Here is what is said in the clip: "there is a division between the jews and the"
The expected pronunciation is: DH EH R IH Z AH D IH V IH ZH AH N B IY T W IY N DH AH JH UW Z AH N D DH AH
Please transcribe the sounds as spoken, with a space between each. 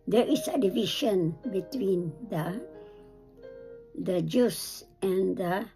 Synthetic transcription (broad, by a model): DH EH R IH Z AH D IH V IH SH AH N B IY T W IY N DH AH JH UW S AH N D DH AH